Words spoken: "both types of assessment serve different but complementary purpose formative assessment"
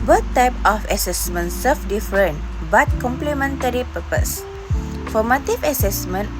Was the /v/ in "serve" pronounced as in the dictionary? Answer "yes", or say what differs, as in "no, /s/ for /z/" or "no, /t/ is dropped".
no, /f/ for /v/